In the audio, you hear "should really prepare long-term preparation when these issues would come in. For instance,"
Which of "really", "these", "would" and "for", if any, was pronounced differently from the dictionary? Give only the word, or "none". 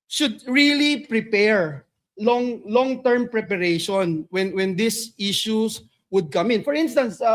these